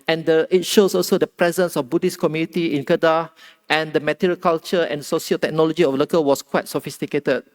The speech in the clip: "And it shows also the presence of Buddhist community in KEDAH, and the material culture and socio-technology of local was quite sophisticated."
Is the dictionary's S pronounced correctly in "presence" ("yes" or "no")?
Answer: yes